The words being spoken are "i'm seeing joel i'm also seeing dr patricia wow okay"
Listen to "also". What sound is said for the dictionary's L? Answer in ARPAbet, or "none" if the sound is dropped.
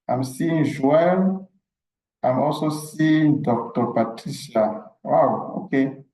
L